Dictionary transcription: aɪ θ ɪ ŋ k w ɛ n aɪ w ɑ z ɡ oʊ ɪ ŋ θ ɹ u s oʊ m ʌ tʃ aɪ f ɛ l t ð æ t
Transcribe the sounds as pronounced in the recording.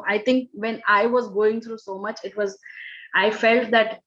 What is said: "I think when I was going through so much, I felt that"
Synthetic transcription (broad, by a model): aɪ t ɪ ŋ k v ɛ n aɪ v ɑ z ɡ oʊ ɪ ŋ t ɹ u s oʊ m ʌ tʃ aɪ f ɛ l t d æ t